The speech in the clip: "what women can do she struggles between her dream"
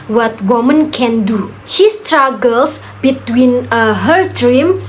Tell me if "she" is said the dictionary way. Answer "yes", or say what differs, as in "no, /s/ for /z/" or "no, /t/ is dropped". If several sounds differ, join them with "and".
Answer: yes